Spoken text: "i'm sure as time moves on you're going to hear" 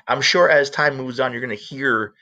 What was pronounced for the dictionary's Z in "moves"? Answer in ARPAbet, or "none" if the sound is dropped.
Z